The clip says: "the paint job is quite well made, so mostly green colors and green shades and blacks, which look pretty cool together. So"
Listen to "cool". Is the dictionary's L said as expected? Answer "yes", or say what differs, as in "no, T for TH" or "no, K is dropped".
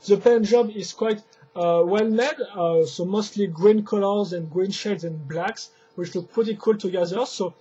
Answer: yes